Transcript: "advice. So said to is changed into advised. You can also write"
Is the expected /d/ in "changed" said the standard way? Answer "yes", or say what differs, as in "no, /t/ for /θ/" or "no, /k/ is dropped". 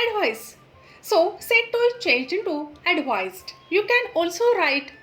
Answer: no, /d/ is dropped